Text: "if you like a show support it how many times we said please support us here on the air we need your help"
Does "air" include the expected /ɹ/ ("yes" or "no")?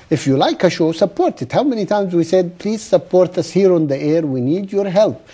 yes